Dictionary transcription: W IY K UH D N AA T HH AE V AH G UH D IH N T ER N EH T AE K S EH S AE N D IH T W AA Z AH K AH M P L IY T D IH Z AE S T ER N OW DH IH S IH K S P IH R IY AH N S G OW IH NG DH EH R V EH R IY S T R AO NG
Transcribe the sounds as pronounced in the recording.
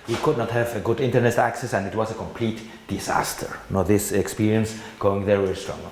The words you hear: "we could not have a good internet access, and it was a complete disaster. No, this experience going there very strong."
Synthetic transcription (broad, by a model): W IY K UH D N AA T HH AE V AH G UH D IH N T ER N EH T AE K S EH S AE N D IH T W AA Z AH K AH M P L IY T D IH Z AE S T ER N OW DH IH S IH K S P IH R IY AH N S G OW IH NG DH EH R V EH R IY S T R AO NG